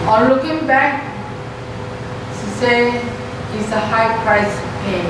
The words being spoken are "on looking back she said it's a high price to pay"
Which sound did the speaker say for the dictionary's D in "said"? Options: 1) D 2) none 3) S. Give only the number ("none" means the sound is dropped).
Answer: 2